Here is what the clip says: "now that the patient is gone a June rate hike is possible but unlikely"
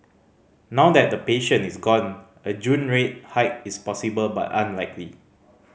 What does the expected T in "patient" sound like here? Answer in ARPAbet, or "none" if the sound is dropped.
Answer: none